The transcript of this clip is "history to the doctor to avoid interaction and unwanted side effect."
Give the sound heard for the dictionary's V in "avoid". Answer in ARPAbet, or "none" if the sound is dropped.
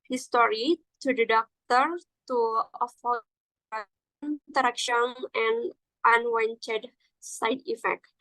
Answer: F